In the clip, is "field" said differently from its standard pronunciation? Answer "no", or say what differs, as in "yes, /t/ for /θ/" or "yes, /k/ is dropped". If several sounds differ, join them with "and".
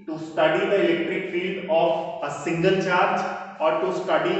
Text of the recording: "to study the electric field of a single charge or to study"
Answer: no